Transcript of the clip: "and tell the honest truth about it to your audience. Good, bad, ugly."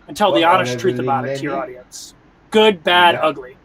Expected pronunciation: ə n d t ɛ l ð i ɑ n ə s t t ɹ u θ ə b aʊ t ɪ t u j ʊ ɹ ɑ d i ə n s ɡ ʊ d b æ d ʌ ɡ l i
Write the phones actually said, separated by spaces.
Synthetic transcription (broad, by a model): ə n t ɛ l ð i ɑ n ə s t t ɹ u θ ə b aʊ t ɪ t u ɹ ɑ d i ə n s ɡ ʊ d b æ d ʌ ɡ l i